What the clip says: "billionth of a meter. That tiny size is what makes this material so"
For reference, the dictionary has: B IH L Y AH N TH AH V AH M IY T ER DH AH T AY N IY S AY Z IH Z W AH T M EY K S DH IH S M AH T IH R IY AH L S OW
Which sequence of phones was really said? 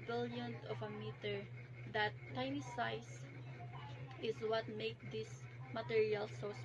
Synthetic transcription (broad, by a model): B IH L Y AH N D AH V AH M IY T ER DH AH T AY N IY S AY S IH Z W AH T M EY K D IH S M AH T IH R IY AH L S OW